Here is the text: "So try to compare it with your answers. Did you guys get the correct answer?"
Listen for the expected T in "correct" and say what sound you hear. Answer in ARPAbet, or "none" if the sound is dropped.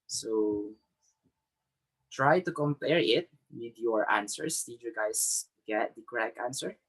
none